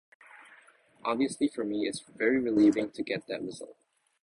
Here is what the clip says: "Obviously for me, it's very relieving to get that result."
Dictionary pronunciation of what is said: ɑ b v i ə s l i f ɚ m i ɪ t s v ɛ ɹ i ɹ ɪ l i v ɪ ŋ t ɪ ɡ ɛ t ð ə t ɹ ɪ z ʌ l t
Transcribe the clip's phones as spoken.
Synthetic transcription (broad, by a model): ɑ b v i ə s l i f ɚ m i ɪ t s v ɛ ɹ i ɹ ɪ l i v ɪ ŋ t ɪ ɡ ɛ t ð ə t ɹ ɪ z ʌ l t